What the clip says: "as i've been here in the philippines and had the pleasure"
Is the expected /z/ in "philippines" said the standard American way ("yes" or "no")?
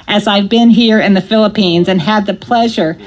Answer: yes